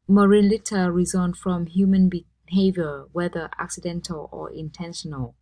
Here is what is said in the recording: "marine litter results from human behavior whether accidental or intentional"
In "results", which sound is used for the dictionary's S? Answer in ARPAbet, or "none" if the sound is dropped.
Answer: none